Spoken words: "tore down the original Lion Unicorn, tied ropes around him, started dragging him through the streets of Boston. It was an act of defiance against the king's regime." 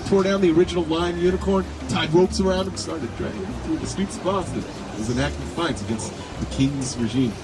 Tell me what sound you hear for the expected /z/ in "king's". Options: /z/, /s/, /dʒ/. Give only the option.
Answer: /z/